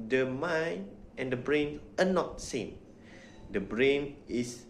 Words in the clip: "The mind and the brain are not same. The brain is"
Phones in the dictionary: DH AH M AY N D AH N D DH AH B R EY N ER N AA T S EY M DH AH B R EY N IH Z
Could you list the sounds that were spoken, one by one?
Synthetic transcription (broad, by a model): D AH M AY N AH N D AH B R EY N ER N AA T S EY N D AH B R EY N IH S